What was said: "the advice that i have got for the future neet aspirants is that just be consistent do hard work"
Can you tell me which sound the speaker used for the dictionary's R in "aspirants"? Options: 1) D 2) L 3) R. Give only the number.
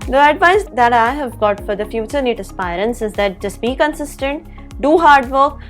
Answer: 3